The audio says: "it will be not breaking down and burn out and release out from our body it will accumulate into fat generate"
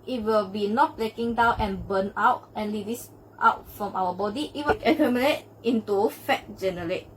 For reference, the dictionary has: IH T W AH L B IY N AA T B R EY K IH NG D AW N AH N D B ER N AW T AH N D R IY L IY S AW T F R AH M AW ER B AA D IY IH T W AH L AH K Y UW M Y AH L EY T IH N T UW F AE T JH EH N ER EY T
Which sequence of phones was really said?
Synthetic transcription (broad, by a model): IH T W AH L B IY N AA T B L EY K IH NG D AW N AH N B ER N AW T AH N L IY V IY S AW T F R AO M AW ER B AA D IY IH T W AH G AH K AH M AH N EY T IH N T UW F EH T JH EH N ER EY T